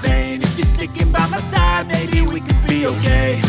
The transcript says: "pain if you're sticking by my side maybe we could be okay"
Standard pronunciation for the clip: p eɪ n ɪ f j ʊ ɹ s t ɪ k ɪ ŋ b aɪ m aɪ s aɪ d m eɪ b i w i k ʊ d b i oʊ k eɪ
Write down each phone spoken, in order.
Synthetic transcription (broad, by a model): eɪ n ɪ f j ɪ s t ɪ k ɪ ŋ b aɪ m aɪ s aɪ d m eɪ i w i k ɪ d b i oʊ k eɪ